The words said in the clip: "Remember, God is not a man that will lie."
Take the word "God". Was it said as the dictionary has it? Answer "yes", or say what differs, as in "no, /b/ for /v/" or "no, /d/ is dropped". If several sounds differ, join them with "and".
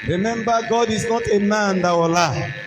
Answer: yes